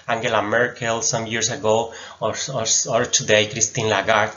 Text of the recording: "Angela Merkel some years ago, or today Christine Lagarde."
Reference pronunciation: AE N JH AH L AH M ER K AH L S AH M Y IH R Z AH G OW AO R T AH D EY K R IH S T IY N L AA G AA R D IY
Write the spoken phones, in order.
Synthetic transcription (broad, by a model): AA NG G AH L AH M ER K AH L S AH M Y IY R S AH G OW AO R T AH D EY K R IH S T IY N L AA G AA R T